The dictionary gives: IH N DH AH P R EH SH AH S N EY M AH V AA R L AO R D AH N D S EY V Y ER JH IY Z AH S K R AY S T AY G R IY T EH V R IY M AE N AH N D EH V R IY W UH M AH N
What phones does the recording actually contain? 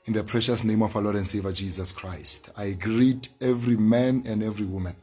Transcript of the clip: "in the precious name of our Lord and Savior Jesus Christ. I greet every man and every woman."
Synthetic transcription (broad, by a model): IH N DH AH P R EH SH AH S N EY M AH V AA L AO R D AH N D S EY V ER JH IY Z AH S K R AY S T AY G R IY T EH V R IY M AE N AH N D EH V R IY W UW M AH N